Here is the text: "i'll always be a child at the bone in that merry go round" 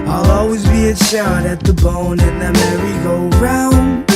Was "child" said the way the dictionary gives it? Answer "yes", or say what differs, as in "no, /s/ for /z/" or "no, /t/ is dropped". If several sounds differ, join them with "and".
no, /l/ is dropped